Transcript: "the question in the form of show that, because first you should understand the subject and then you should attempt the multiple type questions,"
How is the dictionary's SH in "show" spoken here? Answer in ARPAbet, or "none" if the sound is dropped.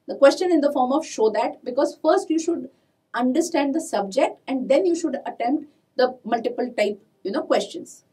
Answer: SH